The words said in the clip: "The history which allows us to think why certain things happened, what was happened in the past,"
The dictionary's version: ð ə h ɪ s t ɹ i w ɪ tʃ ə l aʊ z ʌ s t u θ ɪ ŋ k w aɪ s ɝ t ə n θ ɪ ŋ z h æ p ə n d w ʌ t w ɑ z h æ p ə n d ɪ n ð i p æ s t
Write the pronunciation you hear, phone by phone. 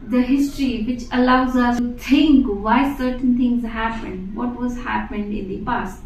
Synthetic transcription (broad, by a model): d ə h ɪ s t ɹ i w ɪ tʃ ə l aʊ z ʌ s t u t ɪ ŋ k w aɪ s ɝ t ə n t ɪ ŋ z h æ p ə n d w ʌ t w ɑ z h æ p ə n d ɪ n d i p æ s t